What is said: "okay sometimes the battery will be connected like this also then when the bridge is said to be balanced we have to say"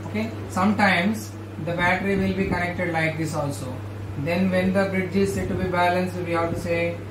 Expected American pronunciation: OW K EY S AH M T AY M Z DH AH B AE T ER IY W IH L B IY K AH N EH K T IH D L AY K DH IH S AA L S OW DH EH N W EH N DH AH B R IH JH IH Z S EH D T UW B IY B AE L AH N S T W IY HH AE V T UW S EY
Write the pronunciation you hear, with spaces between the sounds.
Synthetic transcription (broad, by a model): OW K EY S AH M T AY M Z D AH B AE T ER IY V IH L B IY K AH N EH K T IH D L AY K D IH S AA L S OW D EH N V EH N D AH B R IH JH IH Z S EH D T UW B IY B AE L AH N S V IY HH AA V T UW S EY